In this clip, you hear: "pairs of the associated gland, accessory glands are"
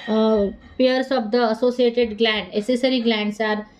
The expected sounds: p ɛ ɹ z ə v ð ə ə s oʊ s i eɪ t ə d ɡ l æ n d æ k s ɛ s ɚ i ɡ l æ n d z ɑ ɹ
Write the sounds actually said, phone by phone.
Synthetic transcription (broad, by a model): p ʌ ɹ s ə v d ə ə s oʊ s i eɪ t ə d ɡ l æ n d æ s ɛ s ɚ i ɡ l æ n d s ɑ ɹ